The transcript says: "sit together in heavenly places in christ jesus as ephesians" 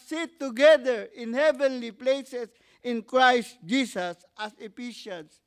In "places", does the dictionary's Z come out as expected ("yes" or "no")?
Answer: no